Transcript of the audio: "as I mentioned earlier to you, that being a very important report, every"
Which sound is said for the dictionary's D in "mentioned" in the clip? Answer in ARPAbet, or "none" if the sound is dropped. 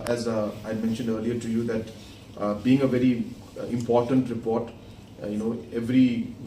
D